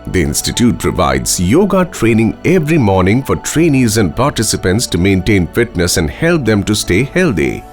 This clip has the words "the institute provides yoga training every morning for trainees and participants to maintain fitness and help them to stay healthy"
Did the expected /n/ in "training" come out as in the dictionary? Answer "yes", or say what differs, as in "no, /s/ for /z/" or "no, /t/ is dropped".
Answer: yes